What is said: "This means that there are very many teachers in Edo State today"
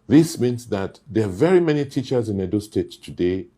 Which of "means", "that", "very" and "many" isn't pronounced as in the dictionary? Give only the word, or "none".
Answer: means